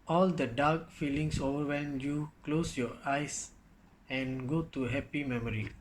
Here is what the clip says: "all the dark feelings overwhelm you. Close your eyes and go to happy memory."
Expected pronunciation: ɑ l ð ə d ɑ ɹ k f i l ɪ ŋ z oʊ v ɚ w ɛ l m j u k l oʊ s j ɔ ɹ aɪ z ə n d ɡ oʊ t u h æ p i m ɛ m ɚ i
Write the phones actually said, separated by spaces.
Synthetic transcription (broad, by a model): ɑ l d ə d ɑ ɹ k f i l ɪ ŋ s oʊ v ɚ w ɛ m j u k l oʊ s j ɔ ɹ aɪ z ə n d ɡ oʊ t u h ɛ p i m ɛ m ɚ i